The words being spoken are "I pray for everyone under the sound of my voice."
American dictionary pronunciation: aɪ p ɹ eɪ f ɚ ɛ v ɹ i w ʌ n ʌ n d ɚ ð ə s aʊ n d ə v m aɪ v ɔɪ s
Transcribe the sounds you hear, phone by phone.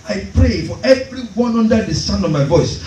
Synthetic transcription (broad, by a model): aɪ p ɹ eɪ f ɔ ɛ v ɹ i w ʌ n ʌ n d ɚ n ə s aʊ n ə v m aɪ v ɔɪ s